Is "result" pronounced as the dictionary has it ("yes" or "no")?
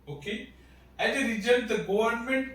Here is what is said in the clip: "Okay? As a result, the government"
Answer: no